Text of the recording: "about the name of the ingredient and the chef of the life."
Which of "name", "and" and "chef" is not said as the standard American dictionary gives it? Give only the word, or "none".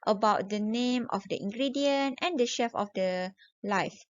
none